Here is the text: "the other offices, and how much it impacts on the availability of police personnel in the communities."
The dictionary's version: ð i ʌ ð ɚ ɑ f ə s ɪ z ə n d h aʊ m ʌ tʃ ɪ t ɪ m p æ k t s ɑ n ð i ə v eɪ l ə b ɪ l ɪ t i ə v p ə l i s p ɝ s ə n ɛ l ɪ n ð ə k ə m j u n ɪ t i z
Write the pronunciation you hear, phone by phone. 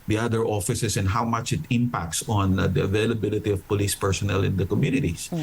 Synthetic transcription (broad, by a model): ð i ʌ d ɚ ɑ f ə s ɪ s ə n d h aʊ m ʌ tʃ ɪ t ɪ m p æ k t s ɑ n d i ə v eɪ l ə b ɪ l ɪ t i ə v p ə l i s p ɝ s ə n ɛ l ɪ n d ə k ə m j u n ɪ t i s